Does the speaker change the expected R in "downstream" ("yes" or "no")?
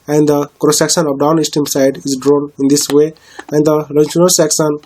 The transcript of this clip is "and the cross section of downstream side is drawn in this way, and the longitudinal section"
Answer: yes